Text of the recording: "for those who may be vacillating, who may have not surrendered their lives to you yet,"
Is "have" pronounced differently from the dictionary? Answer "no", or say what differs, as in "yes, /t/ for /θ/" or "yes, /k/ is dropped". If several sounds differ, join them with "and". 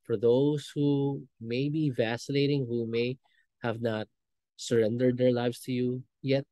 no